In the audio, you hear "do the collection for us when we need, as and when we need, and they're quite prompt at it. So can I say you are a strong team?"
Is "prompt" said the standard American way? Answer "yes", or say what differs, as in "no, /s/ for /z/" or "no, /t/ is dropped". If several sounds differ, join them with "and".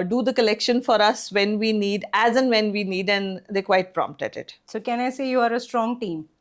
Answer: yes